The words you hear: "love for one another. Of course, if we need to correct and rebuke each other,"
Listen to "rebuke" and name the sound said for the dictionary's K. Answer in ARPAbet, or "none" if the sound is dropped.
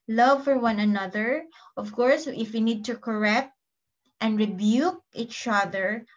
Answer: K